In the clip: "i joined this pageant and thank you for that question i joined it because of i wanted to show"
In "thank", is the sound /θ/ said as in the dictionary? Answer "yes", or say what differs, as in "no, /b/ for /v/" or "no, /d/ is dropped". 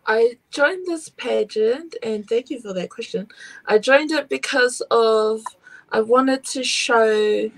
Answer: yes